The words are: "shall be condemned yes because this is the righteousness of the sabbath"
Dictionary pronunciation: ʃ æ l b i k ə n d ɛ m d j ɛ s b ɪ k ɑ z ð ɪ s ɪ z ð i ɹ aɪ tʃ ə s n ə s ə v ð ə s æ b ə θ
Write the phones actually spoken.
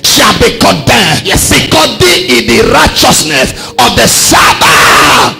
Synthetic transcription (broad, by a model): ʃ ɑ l b i k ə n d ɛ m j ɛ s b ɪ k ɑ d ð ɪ ɪ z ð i ɹ aɪ tʃ ə s n ə s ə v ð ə s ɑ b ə